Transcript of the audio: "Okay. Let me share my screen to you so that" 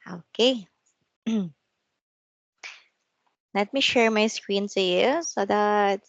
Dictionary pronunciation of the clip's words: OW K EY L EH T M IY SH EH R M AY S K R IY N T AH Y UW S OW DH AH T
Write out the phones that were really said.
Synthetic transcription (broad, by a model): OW K EY L EH T M IY SH EH R M AY S K R IY N S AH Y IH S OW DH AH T